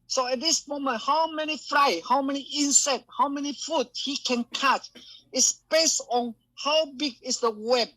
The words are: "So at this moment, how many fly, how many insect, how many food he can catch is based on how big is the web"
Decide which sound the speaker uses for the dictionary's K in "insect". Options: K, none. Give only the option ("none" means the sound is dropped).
none